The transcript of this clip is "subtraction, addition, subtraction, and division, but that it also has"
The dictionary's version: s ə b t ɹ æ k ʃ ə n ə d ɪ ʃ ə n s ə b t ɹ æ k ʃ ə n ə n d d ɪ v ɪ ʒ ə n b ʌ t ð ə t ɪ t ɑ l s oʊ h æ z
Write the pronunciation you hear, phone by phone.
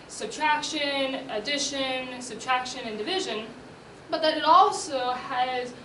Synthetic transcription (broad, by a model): s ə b t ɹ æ k ʃ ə n ə d ɪ ʃ ə n s ə b t ɹ æ k ʃ ə n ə n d d ɪ v ɪ ʒ ə n b ʌ t ð ə t ɪ t ɑ l s oʊ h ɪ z